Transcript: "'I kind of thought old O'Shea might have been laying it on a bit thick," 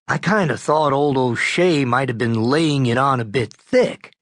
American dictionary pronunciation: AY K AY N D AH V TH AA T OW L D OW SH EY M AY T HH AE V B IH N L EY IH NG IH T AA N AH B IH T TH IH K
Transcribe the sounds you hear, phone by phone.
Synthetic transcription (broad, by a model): AY K AY N D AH TH AA T OW L D OW SH EY M AY T HH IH V B IH N L EY IH NG IH T N AH B IH T TH IH K